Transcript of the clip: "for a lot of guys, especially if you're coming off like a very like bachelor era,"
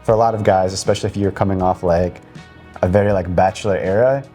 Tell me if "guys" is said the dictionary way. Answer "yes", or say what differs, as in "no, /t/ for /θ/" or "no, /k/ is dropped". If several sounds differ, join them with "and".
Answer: yes